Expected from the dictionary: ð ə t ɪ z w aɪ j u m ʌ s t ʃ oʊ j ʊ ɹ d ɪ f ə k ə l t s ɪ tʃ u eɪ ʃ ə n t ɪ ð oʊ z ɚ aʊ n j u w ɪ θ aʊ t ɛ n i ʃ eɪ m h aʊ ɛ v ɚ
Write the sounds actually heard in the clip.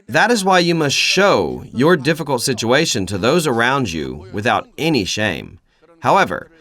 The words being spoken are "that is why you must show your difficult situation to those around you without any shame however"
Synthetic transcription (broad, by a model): ð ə t ɪ z w aɪ j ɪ m ʌ s t ʃ oʊ j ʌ ɹ d ɪ f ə k l t s ɪ tʃ u eɪ ʃ ə n t ɪ ð oʊ z ɚ aʊ n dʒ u w ɪ θ aʊ t ɛ n i ʃ eɪ m h aʊ ɛ v ɚ